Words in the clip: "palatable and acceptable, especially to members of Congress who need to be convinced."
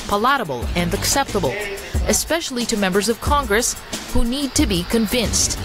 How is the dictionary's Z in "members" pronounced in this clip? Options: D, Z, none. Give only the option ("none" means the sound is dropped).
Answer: Z